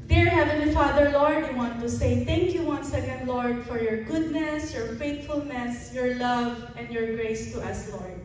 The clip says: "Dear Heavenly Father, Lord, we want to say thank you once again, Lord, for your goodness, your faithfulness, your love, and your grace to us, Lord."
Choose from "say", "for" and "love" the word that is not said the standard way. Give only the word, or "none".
none